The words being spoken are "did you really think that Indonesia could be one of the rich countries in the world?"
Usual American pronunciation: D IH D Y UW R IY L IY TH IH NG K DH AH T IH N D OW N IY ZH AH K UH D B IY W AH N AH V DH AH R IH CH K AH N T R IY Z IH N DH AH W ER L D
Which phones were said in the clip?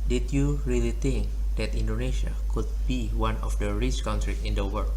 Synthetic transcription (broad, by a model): D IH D Y UW R IY L IY T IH NG K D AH T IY N D OW N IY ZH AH K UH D B IY W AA N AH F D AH R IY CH K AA N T R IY IH N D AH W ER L